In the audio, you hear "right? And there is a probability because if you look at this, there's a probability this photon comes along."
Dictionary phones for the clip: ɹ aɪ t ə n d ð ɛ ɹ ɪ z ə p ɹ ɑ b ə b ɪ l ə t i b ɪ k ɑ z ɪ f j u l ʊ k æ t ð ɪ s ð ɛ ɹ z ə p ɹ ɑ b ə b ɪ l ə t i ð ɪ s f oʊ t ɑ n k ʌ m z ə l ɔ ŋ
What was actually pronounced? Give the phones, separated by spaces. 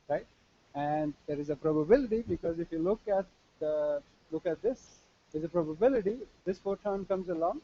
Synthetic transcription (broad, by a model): ɹ aɪ t ə n d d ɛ ɹ ɪ z ə p ɹ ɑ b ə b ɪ l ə t i b ɪ k ɑ z ɪ f j u l ʊ k æ t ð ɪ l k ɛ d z ə p ɹ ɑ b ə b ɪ l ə t i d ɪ s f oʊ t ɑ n k ʌ m z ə l ɔ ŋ